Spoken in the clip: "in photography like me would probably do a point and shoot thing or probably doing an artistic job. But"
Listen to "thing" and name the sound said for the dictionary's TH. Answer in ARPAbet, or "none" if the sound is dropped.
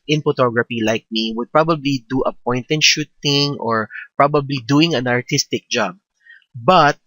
T